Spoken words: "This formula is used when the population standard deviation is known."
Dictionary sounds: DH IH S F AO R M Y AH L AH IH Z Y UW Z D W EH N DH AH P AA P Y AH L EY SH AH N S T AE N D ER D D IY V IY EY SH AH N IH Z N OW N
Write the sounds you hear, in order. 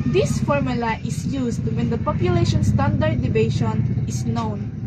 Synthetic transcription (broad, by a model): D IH S F AO R M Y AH L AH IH S Y UW S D W EH N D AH P AA P Y AH L EY SH AH N S T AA N D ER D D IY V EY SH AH N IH S N OW N